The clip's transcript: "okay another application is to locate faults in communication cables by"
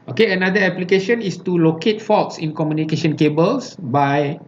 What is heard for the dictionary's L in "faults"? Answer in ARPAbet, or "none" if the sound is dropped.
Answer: none